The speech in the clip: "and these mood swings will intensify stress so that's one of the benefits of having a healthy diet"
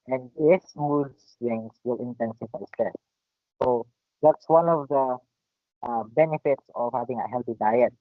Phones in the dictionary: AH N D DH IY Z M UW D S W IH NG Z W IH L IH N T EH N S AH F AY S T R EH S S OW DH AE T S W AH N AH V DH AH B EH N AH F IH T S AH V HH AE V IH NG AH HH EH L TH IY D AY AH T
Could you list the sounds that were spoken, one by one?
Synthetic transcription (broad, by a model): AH N D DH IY S M UW D S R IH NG S W IH L IH N T EH N S AH F AY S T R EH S S OW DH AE T S W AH N AH V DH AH B EH N AH F IH T S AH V HH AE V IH NG AH HH EH L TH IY D AY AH T